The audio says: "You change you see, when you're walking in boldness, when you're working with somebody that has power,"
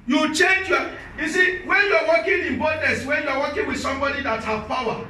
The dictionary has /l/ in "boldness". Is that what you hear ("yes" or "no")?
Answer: no